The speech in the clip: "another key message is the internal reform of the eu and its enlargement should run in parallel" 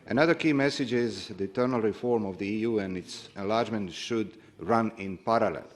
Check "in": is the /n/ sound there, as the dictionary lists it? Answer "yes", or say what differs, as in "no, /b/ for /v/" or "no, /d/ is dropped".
yes